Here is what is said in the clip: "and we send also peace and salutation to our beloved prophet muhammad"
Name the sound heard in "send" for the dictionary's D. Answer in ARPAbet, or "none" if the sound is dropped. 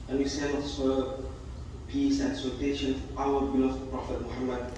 none